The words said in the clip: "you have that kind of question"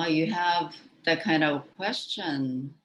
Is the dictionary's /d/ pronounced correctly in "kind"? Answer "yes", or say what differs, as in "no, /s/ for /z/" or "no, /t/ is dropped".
yes